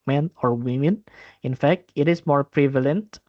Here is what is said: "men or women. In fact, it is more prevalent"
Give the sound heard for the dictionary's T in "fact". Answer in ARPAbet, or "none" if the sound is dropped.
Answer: T